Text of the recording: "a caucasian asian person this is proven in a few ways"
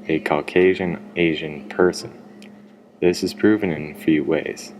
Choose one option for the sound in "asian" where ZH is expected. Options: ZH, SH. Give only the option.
ZH